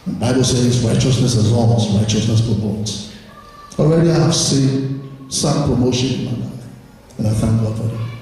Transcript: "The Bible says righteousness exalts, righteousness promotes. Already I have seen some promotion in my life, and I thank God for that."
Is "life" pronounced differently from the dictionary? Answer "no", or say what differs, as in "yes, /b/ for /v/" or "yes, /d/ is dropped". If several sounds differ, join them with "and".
yes, /f/ is dropped